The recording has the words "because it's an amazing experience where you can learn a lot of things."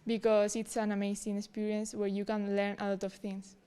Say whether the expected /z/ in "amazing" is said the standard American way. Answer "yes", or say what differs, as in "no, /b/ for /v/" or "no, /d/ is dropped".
no, /s/ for /z/